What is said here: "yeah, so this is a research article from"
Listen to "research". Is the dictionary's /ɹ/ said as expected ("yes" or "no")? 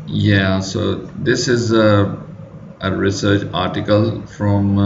yes